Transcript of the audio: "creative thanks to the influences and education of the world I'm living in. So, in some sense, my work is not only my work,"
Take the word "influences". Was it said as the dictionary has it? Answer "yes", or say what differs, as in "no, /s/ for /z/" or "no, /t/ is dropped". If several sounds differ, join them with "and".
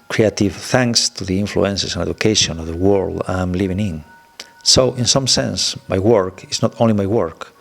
no, /s/ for /z/